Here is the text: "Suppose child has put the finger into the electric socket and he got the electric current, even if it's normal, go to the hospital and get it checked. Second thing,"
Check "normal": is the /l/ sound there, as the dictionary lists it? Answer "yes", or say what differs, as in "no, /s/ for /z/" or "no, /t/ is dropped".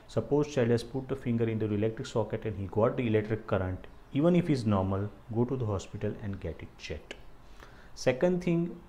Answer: yes